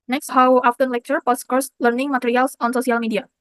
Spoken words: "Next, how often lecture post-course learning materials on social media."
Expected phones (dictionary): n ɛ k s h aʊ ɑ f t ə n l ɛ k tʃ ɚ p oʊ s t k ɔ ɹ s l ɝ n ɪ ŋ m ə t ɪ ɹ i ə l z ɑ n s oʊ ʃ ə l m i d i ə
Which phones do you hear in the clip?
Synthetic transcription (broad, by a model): n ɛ k s h aʊ ɑ f t ə n l ɛ k tʃ ɚ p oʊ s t k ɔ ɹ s l ɝ n ɪ ŋ m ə t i ɹ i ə l s ɑ n s oʊ s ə l m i d i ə